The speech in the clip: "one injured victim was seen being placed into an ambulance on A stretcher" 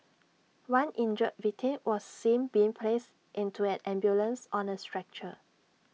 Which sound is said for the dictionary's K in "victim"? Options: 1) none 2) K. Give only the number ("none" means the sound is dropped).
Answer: 1